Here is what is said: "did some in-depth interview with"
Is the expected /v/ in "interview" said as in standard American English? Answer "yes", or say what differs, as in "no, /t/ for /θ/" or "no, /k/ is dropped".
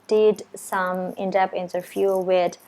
no, /f/ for /v/